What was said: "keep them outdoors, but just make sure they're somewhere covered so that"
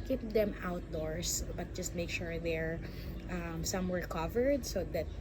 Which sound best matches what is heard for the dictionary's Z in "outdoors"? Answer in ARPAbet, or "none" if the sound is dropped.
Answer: S